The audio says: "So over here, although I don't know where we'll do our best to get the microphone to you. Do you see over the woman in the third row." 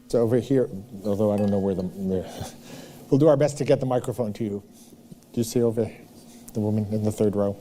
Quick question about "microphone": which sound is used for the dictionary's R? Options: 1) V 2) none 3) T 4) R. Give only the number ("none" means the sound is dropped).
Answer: 4